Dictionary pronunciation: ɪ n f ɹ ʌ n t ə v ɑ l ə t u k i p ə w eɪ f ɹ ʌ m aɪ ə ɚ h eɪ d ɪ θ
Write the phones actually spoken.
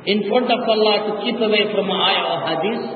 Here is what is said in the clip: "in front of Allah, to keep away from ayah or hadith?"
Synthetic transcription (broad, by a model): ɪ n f ʌ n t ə f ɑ l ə t u k i p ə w eɪ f ɹ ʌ m aɪ ə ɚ h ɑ d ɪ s